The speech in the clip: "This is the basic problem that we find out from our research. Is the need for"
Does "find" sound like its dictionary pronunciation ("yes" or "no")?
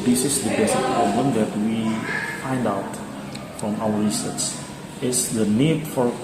yes